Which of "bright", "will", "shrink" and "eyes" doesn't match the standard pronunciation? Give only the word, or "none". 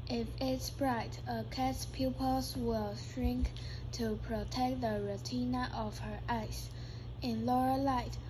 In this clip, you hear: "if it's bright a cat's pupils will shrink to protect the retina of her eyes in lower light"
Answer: eyes